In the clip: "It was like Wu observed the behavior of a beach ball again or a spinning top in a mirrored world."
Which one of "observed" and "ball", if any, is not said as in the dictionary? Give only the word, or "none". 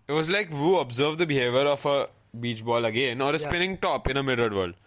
none